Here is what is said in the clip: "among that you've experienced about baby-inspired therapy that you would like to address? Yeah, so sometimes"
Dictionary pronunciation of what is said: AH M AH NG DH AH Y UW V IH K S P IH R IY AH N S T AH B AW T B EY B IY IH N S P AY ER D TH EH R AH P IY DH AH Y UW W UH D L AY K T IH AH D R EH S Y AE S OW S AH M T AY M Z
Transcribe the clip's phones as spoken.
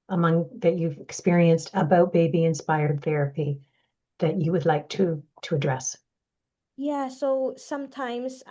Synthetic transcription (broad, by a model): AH M AH NG DH AH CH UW V IH K S P IH R IY AH N S T AH B AW T B EY B IY IH N S P AY ER D TH EH R AH P IY DH AH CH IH W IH D L AY K T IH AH D R EH S Y AE S OW S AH M T AY M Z